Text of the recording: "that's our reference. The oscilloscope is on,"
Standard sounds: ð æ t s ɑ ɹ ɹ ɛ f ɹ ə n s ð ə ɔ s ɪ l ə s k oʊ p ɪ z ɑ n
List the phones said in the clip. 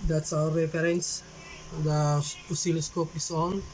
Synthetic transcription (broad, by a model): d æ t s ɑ ɹ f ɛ ɹ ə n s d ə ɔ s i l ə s k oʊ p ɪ s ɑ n